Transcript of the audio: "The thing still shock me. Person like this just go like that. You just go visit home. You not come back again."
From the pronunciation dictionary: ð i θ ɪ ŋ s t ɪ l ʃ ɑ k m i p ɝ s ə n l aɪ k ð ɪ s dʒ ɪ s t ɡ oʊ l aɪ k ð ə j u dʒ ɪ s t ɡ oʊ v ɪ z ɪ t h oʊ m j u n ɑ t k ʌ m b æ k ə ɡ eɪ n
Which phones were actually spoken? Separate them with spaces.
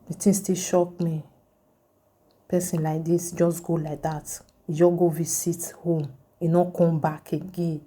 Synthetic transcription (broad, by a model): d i t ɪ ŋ s t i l ʃ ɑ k m i p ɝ s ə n l aɪ k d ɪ s dʒ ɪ s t ɡ oʊ l aɪ k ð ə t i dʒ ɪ ɡ oʊ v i s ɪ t h oʊ m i n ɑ k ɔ m b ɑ k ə ɡ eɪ n